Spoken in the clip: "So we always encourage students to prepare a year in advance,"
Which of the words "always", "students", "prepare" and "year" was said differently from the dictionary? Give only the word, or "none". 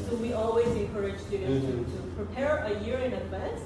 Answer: students